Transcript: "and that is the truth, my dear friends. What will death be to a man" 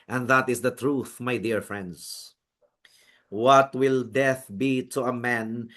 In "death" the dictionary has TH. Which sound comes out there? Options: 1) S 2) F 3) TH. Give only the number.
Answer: 3